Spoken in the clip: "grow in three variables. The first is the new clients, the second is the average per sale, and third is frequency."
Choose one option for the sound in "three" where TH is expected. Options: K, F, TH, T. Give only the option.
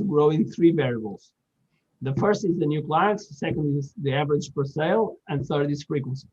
TH